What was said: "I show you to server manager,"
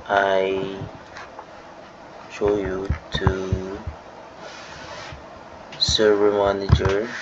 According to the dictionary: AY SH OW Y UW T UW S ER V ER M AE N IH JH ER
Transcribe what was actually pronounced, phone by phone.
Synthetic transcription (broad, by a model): AY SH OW Y UW T UW S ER ER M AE N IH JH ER